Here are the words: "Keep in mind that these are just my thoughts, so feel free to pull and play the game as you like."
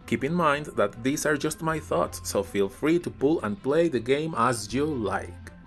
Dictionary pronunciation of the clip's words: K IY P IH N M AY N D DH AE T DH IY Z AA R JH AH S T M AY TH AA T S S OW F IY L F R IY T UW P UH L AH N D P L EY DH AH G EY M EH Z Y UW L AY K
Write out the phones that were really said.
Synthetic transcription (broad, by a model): K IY P IH N M AY N D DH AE T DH IY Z AA R JH AH S T M AY TH AA T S S OW F IY L F R IY T UW P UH L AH N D P L EY DH AH G EY M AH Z Y UW L AY K